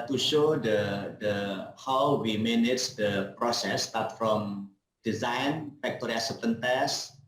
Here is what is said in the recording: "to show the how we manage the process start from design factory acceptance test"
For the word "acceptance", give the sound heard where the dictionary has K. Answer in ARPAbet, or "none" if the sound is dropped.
none